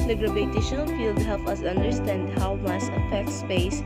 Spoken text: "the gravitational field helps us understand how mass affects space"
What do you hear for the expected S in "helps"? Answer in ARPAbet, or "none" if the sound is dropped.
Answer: none